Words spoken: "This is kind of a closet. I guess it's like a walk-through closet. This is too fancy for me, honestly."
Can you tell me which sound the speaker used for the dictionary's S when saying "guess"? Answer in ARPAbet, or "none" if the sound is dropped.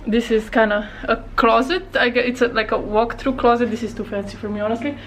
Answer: none